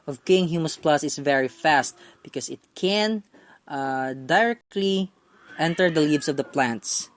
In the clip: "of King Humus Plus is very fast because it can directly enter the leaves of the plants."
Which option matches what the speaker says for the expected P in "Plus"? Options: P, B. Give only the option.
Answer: P